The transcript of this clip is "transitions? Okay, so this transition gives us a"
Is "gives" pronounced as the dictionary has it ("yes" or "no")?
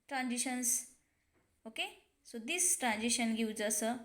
no